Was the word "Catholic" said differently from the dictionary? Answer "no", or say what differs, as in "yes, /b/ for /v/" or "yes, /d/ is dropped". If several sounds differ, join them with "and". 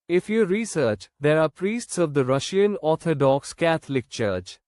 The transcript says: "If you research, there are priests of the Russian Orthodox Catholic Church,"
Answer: yes, /t/ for /θ/